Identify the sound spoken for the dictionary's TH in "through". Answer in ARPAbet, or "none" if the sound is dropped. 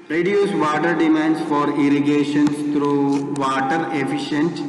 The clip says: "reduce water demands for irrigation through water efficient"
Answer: T